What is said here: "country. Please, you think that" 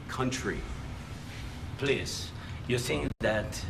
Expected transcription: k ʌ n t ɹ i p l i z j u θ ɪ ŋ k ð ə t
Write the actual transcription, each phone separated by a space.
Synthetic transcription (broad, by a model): k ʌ n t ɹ i p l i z j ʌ s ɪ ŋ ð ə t